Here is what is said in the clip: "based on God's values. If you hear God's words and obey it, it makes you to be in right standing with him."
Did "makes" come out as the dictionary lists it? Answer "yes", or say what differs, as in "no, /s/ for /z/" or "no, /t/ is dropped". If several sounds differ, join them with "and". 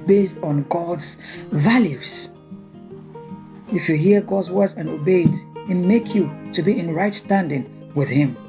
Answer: no, /s/ is dropped